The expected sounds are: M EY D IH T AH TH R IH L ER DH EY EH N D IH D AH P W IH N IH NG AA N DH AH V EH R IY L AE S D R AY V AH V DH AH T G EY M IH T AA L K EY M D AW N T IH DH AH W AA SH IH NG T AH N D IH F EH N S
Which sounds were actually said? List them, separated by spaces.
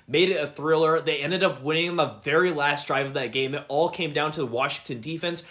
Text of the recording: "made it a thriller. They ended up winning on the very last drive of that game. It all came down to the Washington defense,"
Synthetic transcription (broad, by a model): M EY D IH T AH TH R IH L ER DH EY EH N D IH D AH P W IH N IH NG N DH AH V EH R IY L AE S D R AY V AH V DH AH T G EY M IH T AA L K EY M D AW N T IH DH AH W AA SH IH NG T AH N D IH F EH N S